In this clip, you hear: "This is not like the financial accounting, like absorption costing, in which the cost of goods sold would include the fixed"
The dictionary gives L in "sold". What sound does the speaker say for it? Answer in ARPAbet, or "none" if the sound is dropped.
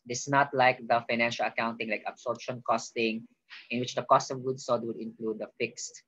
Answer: none